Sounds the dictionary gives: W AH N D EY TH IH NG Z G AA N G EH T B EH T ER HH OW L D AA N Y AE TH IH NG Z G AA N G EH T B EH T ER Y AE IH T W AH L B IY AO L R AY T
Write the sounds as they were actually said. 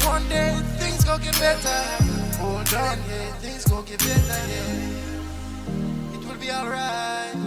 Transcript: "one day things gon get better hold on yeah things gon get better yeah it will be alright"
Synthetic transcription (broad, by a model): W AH N D EY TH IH NG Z G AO G EH T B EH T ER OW D AA N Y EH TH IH NG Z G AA G EH T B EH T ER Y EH IH T W AH L B IY AO L R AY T